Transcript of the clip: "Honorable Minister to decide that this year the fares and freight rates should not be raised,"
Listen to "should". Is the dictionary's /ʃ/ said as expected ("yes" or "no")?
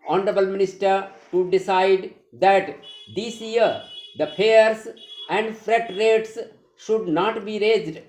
yes